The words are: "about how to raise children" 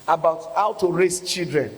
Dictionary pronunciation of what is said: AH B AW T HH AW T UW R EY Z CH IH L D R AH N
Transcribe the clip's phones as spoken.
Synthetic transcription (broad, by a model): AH B AW T HH AW T UW R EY S CH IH L D R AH N